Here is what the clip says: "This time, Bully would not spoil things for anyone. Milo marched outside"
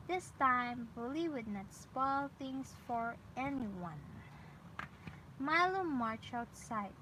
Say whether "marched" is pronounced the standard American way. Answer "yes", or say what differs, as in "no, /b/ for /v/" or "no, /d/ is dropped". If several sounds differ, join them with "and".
no, /t/ is dropped